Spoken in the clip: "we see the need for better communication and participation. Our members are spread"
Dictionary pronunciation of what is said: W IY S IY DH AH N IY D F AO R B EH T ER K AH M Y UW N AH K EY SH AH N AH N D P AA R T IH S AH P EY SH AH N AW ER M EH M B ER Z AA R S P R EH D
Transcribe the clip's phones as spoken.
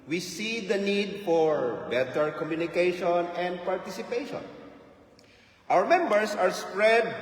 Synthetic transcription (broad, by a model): W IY S IY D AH N IY D F AO R B EH T ER K AH M Y UW N AH K EY SH AH N AH N D P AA R T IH S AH P EY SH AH N AW ER M EH M B ER S AA R S P R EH D